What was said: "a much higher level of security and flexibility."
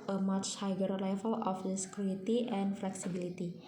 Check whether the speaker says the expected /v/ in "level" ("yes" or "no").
no